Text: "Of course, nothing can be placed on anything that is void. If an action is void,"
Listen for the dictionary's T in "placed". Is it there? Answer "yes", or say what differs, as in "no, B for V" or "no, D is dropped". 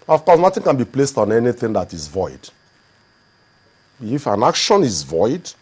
yes